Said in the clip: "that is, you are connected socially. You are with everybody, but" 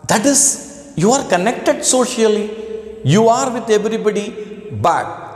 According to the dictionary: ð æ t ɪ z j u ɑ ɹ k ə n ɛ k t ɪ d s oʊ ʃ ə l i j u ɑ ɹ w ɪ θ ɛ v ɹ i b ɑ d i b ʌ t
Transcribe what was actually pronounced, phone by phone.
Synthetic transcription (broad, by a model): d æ t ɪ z j u ɑ ɹ k ə n ɛ k t ɪ d s oʊ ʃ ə l i j u ɑ ɹ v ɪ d ɛ v ɹ i b ɑ d i b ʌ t